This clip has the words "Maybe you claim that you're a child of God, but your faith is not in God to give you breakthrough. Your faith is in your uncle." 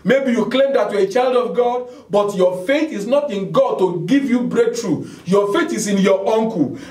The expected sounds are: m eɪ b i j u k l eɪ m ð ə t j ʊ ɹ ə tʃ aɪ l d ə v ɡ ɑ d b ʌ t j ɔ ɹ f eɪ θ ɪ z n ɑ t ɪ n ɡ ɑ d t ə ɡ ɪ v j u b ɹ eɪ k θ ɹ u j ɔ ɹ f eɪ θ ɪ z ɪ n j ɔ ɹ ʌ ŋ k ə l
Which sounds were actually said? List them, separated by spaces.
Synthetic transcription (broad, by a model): m eɪ b i j u k l eɪ m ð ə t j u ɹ ə tʃ aɪ l d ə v ɡ ɑ d b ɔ t j ɔ f eɪ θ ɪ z n ɑ t ɪ n ɡ ɑ d t ə ɡ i v j u b ɹ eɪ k t ɹ u j ɔ f eɪ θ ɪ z ɪ n j ɔ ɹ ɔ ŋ k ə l